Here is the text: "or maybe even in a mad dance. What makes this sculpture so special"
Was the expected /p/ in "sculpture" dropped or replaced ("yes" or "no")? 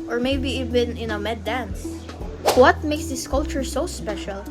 yes